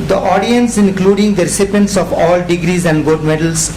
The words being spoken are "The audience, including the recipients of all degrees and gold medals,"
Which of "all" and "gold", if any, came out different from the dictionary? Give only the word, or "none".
gold